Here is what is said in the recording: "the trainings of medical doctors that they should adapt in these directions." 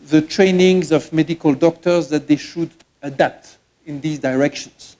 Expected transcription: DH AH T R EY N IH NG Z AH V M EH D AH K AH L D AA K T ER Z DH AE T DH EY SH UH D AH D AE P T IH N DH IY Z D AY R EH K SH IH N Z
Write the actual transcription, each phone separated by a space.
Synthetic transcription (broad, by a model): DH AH T R EY N IH NG Z AH V M EH D AH K AH L D AA K T ER Z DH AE T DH EY SH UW D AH D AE P T IH N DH IY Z D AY R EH K SH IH N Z